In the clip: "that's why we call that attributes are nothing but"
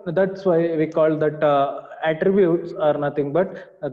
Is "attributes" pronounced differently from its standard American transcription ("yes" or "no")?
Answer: no